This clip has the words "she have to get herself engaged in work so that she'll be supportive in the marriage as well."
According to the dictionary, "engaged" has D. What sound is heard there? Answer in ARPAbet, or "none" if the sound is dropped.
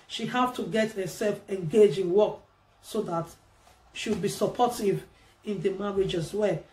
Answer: none